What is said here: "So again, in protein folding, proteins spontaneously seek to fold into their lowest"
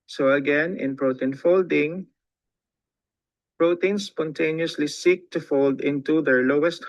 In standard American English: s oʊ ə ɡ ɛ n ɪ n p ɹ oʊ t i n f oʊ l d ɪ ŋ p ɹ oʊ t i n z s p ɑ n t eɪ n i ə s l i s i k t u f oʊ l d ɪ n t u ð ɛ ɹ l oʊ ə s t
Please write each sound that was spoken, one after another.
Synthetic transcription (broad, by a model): s oʊ ə ɡ ɛ n ɪ n p ɹ oʊ t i n f oʊ l d ɪ ŋ p ɹ oʊ t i n s p ɑ n t eɪ n i ə s l i s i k t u f oʊ l d ɪ n t u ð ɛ ɹ l oʊ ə s t